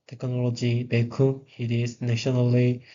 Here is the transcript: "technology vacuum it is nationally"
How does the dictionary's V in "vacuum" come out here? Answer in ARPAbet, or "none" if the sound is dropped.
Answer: B